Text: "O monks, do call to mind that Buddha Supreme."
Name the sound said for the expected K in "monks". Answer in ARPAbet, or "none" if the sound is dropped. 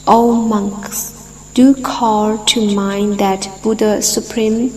K